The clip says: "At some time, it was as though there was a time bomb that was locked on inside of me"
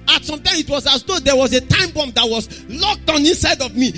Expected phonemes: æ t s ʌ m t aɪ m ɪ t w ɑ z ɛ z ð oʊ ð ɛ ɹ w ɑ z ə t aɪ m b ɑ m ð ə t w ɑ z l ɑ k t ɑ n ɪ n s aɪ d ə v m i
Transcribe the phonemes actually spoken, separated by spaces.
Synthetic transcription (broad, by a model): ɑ t s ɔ m t aɪ m ɪ t w ɑ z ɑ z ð oʊ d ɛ w ɑ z ə t aɪ m b ɑ m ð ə t w ɑ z l ɑ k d ɑ n ɪ n s aɪ d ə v m i